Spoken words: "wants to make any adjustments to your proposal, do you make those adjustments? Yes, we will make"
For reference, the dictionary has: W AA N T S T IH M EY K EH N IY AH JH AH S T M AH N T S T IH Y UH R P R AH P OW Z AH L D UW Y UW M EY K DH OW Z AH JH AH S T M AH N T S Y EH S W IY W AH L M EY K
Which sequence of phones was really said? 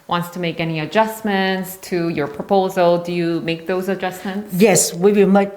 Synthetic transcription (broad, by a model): W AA N T S T IH M EY K EH N IY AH JH AH S M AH N T S T IH Y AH R P R AH P OW Z AH L D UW Y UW M EY K DH OW Z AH JH AH S M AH N T S Y EH S W IY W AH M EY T